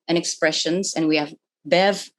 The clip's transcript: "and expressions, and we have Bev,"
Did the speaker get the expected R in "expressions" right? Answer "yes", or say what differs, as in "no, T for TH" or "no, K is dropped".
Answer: yes